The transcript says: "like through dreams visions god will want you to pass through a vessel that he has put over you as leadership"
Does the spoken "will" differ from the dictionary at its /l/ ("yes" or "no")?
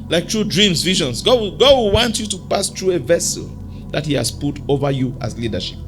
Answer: yes